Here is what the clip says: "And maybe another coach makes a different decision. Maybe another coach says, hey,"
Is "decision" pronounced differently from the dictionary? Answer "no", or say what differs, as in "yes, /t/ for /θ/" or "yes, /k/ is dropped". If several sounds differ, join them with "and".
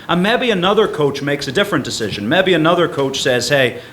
no